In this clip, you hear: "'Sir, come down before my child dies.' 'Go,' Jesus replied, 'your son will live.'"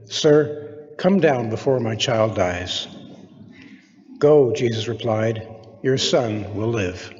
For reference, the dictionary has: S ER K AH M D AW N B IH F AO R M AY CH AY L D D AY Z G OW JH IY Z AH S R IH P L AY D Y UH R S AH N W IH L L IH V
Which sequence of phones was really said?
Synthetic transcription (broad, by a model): S ER K AH M D AW N B IH F AO R M AY CH AY L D D AY Z G OW JH IY Z AH S R IH P L AY D Y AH R S AH N W IH L L IH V